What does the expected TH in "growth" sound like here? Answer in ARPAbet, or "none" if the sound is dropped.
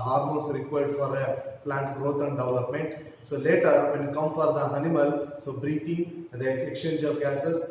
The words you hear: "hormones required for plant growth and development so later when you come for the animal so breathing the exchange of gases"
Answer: T